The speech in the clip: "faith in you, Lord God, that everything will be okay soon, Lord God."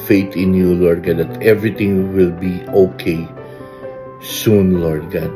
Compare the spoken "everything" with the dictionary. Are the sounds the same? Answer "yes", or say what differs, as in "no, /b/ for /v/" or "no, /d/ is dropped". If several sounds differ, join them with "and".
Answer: no, /t/ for /θ/